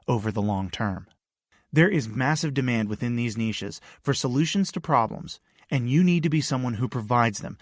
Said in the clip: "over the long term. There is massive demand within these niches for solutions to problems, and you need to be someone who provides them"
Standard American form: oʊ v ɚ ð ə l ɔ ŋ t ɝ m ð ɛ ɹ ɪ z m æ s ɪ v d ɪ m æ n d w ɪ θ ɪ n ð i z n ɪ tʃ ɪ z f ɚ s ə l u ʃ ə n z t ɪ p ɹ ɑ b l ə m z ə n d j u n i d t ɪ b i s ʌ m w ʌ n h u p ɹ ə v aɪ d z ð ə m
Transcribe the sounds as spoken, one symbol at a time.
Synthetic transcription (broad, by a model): oʊ v ɚ ð ə l ɔ ŋ t ɝ m ð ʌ ɹ ɪ z m æ s ɪ v d ɪ m æ n d w ɪ θ ɪ n ð i z n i ʃ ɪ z f ɚ s ə l u ʃ ə n z t ɪ p ɹ ɑ b l ə m z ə n j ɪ n i d t ɪ b i s ʌ m w ʌ n h u p ɹ ə v aɪ d z ð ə m